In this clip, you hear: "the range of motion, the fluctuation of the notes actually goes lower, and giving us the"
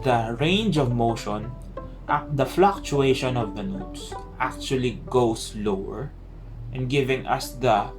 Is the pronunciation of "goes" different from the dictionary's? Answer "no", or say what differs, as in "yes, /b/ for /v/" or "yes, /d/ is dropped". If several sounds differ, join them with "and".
yes, /s/ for /z/